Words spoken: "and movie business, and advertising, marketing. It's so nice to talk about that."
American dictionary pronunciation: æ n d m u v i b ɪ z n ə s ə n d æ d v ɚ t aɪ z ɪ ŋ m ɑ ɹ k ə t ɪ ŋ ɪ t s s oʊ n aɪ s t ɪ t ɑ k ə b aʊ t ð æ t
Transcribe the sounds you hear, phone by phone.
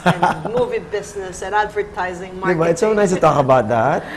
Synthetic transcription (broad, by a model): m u v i b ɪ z n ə s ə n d æ d v ɚ t aɪ z ɪ ŋ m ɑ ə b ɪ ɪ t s s oʊ n aɪ s t ɪ t ɑ k ə b aʊ t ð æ t